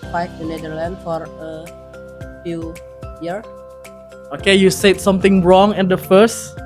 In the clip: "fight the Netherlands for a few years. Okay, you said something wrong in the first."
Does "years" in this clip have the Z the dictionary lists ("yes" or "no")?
no